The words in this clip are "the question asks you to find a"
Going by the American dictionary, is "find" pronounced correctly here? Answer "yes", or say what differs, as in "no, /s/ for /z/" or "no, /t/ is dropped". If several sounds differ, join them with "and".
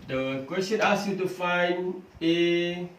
no, /d/ is dropped